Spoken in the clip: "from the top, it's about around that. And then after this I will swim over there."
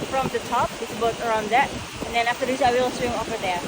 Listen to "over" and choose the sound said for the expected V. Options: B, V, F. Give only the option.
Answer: F